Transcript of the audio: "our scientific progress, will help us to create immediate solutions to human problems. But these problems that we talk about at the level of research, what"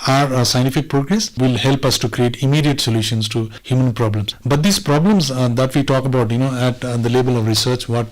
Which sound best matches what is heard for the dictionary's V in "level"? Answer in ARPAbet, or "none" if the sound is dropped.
B